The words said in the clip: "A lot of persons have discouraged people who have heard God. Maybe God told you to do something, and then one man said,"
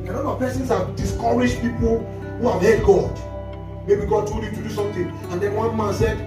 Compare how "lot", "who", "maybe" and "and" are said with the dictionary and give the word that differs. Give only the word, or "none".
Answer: lot